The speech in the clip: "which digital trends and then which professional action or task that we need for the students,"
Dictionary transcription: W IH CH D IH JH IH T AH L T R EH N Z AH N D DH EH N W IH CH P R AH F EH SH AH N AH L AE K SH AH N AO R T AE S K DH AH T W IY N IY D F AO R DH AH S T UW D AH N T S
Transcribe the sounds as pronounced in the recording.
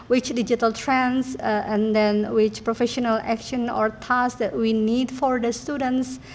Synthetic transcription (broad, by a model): W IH CH D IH JH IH T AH L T R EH N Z AH N D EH N W IH CH P R AH F EH SH AH N AH L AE K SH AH N AO R T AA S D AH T W IY N IY D F AO R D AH S T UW D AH N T S